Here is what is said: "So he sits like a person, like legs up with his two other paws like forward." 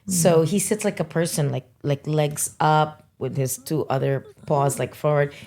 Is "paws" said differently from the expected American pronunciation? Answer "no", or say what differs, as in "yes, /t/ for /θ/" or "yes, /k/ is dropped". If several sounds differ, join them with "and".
no